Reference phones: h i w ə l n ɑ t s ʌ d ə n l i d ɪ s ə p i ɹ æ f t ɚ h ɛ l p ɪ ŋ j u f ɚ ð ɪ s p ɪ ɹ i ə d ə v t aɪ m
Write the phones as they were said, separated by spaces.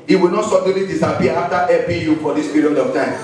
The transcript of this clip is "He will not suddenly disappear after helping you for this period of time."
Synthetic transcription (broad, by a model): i w ə l n ɑ t s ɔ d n l i d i s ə p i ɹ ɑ f t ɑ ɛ p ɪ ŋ j u f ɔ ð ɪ s p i ɹ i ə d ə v t aɪ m